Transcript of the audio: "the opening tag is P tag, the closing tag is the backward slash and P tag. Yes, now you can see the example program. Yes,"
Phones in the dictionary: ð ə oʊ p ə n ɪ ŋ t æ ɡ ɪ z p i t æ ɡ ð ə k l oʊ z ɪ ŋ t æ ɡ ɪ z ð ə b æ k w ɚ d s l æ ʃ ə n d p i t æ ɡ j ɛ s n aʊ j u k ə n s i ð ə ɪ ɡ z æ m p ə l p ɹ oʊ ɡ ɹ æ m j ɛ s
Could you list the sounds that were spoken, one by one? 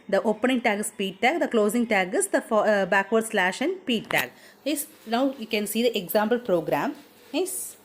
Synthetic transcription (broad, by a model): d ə oʊ p ə n ɪ ŋ t æ ɡ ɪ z p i t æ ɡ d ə k l oʊ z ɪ ŋ t æ ɡ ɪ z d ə b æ k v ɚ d s l æ ʃ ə n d p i t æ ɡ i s n aʊ j u k ə n s i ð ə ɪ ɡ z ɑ m p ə l p ɹ oʊ ɡ ɹ æ m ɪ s